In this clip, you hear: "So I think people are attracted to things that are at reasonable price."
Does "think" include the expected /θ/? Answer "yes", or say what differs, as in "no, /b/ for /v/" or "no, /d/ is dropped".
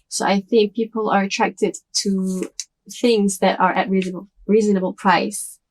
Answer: yes